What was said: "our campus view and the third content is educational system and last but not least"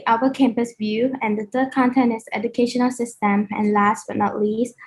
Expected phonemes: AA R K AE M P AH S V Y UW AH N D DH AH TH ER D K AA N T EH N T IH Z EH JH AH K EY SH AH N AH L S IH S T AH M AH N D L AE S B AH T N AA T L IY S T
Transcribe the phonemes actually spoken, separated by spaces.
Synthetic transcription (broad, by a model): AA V K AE M P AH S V Y UW AH N D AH T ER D K AA N T EH N T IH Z EH JH AH K EY SH AH N AH L S IH S T AH M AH N L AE S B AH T N AA T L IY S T